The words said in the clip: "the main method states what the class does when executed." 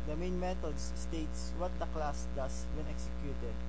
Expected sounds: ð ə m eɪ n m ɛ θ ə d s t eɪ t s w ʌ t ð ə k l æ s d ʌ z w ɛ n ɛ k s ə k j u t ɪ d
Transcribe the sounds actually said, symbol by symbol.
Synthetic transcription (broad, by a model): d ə m eɪ n m ɛ t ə d s t eɪ t s w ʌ t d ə k l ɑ s d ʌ s w ɛ n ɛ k s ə k j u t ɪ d